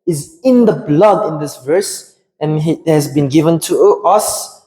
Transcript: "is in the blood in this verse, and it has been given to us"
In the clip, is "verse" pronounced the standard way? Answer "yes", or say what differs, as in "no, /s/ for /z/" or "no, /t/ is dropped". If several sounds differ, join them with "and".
yes